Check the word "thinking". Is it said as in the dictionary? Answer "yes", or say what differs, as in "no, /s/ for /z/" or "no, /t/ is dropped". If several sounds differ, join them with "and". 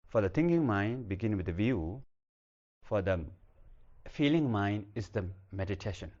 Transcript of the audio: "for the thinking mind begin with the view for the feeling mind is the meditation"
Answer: no, /t/ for /θ/